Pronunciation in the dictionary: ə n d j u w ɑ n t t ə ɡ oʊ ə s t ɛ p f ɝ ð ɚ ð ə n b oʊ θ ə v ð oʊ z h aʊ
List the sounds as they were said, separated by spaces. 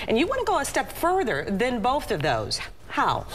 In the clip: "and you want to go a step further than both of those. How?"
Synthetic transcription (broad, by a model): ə n j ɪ w ɑ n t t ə ɡ oʊ ə s t ɛ p f ɝ ð ɚ ð ə n b oʊ θ ə v ð oʊ z h aʊ